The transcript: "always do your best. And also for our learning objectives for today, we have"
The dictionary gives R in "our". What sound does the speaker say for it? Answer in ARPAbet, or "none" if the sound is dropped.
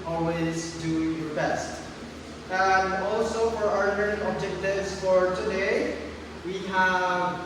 R